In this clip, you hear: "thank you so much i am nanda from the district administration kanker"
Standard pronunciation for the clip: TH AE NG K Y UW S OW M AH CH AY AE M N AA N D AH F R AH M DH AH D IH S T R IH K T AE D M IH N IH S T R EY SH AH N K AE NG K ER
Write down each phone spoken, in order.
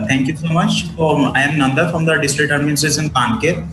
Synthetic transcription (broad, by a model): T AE NG K Y UW S OW M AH CH AY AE M N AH N D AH F R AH M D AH D IH S T R IH K T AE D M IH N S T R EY S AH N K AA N K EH